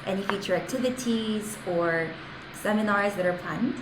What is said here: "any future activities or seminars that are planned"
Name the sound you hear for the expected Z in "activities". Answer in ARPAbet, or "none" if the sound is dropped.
Z